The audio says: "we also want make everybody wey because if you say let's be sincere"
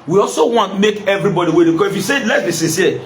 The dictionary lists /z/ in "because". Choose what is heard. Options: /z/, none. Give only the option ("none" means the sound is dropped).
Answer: none